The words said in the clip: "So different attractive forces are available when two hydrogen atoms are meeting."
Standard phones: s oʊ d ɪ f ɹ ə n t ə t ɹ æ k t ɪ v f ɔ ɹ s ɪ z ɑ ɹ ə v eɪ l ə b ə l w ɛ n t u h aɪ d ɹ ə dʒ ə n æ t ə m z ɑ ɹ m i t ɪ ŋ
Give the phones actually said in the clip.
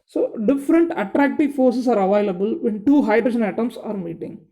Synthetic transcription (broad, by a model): s oʊ d ɪ f ɹ ə n t ə t ɹ æ k t ɪ v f ɔ ɹ s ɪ s ɑ ɹ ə v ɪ l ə b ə l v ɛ n t u h aɪ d ɹ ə ʃ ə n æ t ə m s ɑ ɹ m i t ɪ ŋ